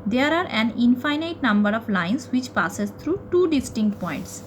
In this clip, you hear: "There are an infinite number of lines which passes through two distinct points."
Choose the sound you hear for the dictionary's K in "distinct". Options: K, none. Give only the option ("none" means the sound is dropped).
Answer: K